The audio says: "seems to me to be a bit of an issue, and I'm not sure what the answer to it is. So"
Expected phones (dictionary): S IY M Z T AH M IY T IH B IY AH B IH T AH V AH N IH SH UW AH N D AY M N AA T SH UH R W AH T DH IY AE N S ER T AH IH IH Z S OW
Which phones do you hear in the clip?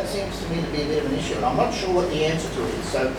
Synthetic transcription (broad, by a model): S IY M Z T AH M IY T IH B IY AH B IH T AH V AH N IH SH UW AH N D AY M N AA T SH UH R W AH T DH IY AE N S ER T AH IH IH Z S OW